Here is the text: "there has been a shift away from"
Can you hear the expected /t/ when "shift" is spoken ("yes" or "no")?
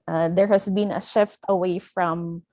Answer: yes